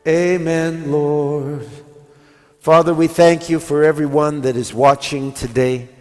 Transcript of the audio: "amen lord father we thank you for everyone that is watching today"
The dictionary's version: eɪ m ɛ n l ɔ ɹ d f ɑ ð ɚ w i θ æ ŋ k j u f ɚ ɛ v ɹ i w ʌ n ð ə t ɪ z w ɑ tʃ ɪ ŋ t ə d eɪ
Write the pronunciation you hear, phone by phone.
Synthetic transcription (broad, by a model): eɪ m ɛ n l ɔ ɹ d f ɑ ð ɚ w i θ æ ŋ k j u f ɚ ɛ v ɹ i w ʌ n ð ə t ɪ z w ɑ tʃ ɪ ŋ t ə d eɪ